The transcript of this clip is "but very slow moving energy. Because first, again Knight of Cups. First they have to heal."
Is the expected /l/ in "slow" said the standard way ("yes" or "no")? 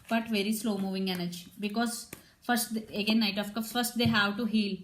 yes